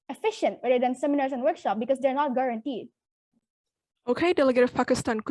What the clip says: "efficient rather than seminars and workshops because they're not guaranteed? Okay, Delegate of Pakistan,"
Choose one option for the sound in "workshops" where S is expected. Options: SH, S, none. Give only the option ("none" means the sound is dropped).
none